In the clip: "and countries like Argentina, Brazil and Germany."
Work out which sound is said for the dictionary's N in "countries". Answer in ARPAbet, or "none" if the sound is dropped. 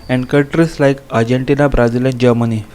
none